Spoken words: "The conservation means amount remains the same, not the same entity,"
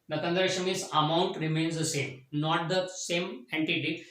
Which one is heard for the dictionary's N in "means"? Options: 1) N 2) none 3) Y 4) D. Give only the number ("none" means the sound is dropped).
2